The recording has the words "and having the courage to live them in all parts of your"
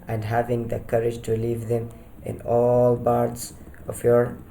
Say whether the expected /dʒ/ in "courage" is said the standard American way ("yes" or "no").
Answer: yes